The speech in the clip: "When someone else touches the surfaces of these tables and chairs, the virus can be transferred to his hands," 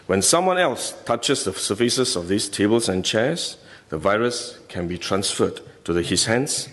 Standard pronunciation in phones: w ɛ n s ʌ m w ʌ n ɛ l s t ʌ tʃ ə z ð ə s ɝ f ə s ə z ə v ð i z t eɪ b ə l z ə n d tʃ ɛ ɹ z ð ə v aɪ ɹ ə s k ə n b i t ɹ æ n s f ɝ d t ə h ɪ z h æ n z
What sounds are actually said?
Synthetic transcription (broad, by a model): w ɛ n s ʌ m w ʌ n ɛ l s t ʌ tʃ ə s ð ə s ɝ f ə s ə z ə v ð i s t eɪ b ə l s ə n tʃ ɛ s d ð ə v aɪ ɹ ə s k ə n b i t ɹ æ n s f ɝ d t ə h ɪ s h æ n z